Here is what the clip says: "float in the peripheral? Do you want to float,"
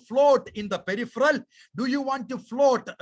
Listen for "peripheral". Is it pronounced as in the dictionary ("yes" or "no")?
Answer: yes